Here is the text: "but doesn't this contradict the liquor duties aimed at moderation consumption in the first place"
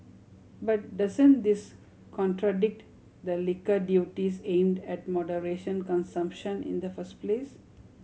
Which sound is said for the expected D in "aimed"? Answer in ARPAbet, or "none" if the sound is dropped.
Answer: D